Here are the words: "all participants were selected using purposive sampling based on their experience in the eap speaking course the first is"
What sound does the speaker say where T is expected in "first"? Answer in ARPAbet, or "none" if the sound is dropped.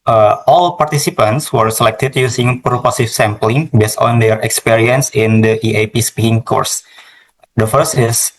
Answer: T